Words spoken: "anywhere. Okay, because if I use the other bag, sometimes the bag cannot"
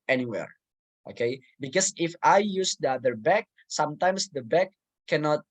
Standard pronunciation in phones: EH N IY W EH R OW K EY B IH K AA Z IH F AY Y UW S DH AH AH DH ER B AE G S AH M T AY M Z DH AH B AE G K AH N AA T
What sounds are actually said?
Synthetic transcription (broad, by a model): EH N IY W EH R OW K EY B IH K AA S IH F AY Y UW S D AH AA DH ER B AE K S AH M T AY M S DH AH B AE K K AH N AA T